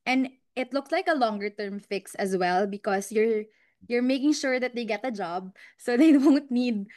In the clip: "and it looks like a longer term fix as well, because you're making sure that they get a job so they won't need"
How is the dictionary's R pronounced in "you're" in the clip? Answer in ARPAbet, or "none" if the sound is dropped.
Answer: R